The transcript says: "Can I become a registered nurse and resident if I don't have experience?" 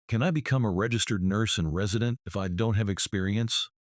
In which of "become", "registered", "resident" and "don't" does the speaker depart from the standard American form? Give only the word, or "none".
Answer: none